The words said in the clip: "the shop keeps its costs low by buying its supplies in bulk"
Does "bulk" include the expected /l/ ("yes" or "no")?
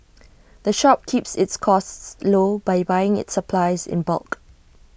yes